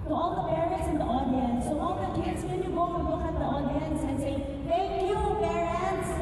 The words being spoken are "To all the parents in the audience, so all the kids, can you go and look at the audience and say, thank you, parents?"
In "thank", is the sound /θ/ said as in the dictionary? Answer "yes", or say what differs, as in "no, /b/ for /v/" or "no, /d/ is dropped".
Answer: no, /t/ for /θ/